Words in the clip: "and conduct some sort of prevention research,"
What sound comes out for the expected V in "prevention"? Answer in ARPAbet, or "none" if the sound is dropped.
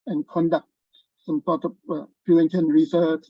none